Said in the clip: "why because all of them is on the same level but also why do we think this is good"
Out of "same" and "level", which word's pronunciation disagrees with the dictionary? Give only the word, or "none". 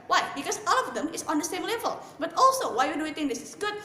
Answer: none